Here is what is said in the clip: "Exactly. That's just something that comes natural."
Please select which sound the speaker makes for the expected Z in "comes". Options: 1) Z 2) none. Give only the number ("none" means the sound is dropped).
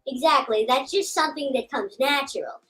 1